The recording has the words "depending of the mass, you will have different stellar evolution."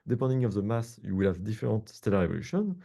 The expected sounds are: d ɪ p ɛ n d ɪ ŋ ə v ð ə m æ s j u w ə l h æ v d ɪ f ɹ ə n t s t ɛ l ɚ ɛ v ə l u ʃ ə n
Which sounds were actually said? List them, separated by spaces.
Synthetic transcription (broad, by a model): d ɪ p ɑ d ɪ ŋ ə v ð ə m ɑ s j u w ə l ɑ v d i f ɹ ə t s t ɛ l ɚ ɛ v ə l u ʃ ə n